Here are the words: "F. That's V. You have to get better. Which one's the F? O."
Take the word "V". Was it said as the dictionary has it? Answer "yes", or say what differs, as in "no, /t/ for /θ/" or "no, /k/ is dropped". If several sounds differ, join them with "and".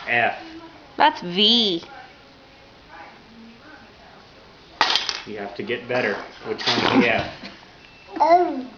yes